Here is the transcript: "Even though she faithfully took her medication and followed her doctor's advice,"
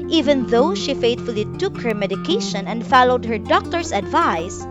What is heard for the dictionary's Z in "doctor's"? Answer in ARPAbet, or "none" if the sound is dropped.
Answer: S